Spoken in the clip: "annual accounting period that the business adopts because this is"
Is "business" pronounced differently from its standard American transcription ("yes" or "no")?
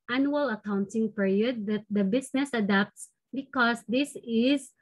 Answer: yes